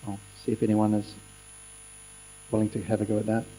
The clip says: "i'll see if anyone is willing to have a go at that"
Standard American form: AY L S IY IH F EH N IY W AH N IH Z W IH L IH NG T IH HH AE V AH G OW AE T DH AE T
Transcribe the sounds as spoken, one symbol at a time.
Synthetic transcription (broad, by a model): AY S IY IH F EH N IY W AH N IH Z W IH L IH NG T IH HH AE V AH G OW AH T DH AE T